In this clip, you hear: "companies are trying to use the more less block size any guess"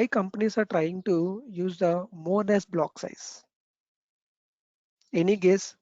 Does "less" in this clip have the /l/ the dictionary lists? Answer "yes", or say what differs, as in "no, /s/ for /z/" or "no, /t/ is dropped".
no, /n/ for /l/